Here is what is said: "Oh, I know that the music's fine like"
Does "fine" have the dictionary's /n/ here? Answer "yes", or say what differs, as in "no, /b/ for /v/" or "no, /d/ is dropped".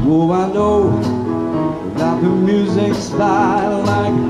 no, /l/ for /n/